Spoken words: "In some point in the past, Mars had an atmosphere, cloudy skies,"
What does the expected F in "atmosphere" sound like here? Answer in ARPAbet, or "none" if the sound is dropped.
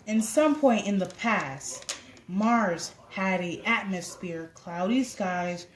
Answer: F